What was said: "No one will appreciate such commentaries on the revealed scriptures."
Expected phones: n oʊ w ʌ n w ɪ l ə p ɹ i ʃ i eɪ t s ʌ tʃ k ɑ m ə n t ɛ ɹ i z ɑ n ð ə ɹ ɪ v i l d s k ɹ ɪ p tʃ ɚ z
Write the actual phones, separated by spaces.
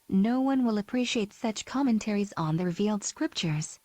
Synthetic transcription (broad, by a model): n oʊ w ʌ n w ɪ l ə p ɹ i ʃ i eɪ t s ʌ tʃ k ɑ m ə n t ɛ ɹ i z n ð ə ɹ ɪ v i l d s k ɹ ɪ p tʃ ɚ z